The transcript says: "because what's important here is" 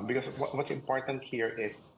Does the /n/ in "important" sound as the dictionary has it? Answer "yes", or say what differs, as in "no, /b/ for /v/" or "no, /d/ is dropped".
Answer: yes